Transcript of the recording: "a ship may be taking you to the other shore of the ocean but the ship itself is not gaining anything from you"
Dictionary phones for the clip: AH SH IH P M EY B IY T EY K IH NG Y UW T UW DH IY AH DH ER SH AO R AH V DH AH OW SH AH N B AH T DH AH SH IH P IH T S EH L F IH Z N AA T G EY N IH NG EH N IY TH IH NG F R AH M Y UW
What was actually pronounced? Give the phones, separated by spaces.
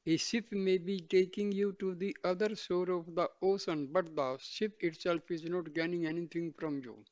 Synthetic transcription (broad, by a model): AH S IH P M EY B IY T EY K IH NG Y UW T UW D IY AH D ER S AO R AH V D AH OW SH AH N B AH T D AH S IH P IH T S EH L F IH Z N AA T G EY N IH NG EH N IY T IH NG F R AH M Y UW